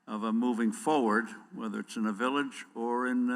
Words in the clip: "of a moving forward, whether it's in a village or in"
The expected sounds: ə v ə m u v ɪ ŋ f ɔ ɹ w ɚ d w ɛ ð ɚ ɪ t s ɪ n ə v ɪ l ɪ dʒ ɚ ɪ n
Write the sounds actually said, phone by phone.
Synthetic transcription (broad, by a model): ə v ə m u v ɪ ŋ f ɔ ɹ w ɚ d w ɛ ð ɚ ɪ t s ɪ n ə v ɪ l ɪ dʒ ɚ ɪ n